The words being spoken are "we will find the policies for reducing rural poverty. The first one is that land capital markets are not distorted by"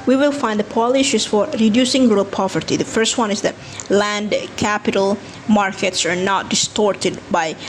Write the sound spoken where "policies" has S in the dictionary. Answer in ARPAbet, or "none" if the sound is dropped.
SH